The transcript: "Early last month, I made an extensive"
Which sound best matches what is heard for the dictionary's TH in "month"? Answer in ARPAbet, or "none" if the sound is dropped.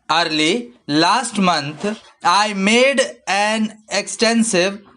T